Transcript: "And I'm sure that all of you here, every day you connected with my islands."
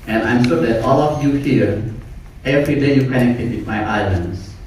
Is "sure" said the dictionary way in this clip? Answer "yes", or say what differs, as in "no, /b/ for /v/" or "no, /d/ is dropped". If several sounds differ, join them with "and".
no, /s/ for /ʃ/